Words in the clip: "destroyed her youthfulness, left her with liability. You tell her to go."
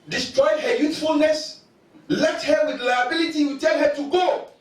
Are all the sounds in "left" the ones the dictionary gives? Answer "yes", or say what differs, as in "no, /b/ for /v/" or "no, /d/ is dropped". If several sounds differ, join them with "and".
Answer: no, /f/ is dropped